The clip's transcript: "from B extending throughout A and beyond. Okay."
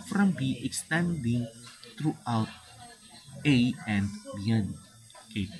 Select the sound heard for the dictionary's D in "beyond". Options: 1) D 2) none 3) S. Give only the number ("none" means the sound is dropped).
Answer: 2